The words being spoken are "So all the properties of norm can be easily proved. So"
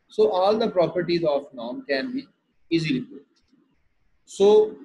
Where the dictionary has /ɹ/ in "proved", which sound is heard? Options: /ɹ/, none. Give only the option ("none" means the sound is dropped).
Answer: none